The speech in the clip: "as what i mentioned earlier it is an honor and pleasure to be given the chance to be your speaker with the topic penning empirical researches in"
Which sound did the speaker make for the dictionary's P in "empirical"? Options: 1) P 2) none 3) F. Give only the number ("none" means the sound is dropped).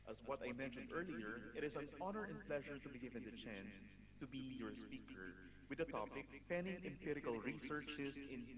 1